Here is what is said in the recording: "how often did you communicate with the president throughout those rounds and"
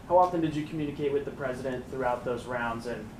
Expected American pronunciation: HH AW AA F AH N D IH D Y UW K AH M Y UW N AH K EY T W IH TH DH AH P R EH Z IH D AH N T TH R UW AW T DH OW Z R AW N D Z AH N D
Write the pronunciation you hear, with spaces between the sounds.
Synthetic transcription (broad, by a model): HH AW AA F AH N D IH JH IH K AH M Y UW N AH K EY T W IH DH AH P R EH Z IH D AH N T TH R UW AW T DH OW Z R AW N D Z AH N